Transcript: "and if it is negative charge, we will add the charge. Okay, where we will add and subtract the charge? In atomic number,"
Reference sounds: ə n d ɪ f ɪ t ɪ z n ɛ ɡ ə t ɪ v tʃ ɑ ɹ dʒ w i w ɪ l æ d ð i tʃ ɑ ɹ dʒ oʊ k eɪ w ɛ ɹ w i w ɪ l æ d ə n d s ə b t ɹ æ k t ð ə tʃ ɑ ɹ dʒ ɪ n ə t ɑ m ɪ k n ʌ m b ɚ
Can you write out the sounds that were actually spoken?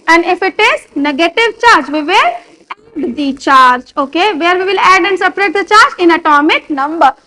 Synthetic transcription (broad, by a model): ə n d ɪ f ɪ t ɪ z n ɛ ɡ ə t ɪ v tʃ ɑ ɹ dʒ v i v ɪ l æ d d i tʃ ɑ ɹ dʒ oʊ k eɪ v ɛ ɹ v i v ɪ l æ d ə n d s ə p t ɹ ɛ t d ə tʃ ɑ ɹ dʒ ɪ n ə t ɑ m ɪ k n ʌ m b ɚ